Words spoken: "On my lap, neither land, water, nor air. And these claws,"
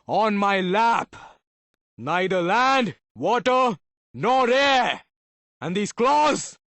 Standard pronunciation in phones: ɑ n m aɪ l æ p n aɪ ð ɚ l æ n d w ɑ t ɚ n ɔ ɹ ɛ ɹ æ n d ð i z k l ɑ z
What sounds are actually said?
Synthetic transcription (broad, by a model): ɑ n m aɪ l æ p n aɪ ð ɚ l æ n d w ɑ t ɚ n ɔ ɹ ɛ ɹ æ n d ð i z k l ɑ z